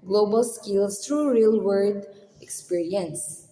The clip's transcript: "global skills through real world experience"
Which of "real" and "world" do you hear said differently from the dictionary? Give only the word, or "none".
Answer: world